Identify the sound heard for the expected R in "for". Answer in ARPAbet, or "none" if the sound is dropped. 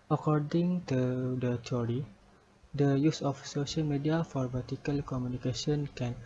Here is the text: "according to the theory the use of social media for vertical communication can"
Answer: R